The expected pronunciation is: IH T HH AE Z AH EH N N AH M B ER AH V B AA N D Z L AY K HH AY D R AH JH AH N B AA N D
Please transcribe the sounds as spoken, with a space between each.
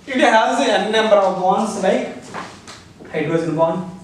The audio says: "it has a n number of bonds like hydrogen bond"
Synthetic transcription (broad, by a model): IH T HH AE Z AH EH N N AH M B ER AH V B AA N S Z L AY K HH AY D AH AH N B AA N